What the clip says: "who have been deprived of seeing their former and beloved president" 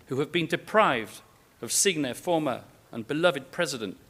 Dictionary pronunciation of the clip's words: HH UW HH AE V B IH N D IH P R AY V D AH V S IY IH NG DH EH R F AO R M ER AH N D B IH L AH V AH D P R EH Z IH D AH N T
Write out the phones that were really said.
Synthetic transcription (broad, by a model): HH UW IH V B IH N D IH P R AY V D AH V S IY IH NG DH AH R F AO R M ER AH N B IH L AH V AH D P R EH Z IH D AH N T